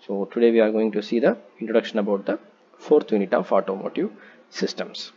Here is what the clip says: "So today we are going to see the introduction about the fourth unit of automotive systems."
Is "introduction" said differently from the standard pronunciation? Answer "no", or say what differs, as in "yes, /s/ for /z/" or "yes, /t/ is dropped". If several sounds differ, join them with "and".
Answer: no